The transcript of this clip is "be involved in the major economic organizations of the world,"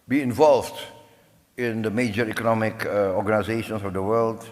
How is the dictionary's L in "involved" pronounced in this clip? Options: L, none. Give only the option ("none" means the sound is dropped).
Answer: L